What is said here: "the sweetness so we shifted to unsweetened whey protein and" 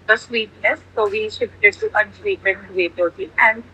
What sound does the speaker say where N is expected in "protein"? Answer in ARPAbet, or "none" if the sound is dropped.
none